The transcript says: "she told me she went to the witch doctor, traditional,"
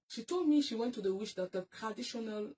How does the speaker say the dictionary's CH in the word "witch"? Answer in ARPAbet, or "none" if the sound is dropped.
SH